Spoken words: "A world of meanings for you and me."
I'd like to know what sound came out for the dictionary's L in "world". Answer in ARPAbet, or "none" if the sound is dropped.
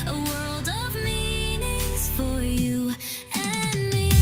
L